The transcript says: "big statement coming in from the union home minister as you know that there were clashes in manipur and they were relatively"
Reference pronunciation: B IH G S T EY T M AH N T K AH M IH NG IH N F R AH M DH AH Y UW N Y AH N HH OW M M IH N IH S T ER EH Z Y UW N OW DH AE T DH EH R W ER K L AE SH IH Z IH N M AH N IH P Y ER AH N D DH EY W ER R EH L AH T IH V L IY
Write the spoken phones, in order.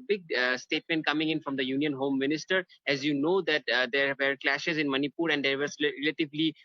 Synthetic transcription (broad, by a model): B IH G S T EY T M AH N T K AH M IH NG IH N F R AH M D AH Y UW N Y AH N HH OW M M IH N IH S T ER EH Z Y UW N OW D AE T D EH R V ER K L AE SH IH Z IH N M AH N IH P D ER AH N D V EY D R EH L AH T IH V L IY